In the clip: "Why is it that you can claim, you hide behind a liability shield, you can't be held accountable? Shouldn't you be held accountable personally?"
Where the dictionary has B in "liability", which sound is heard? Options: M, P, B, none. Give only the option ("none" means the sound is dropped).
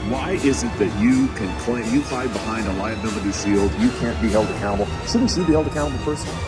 none